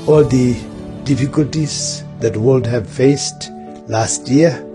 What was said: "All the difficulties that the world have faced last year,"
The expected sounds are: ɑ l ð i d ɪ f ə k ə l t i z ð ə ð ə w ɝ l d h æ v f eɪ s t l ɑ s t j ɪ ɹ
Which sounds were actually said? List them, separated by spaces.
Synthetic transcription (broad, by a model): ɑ l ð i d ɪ f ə k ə l t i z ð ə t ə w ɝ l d h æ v f eɪ s t l ɑ s t j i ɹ